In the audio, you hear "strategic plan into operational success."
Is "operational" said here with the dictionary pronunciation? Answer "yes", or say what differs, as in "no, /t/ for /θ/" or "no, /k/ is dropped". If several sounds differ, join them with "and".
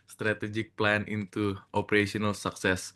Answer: no, /s/ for /ʃ/